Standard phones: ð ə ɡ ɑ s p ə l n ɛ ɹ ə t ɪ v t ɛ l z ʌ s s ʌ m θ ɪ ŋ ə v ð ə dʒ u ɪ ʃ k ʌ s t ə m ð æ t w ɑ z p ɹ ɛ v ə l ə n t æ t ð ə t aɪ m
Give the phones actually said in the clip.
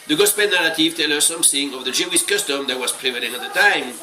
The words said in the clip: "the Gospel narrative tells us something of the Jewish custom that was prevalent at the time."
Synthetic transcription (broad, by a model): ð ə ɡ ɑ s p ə n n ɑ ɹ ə t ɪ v t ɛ l ʌ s s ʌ m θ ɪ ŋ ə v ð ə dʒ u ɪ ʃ k ʌ s t ə m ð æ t w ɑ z p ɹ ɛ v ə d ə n ɑ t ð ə t aɪ m